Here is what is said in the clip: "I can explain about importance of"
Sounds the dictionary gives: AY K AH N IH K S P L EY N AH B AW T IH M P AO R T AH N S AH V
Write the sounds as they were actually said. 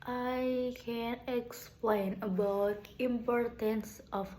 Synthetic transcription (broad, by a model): AY K AH N IH K S P L EY N AH B AW T IH M P AO R T AH N S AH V